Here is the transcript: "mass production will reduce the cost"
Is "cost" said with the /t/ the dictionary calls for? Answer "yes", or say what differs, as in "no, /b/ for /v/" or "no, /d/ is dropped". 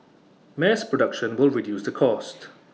yes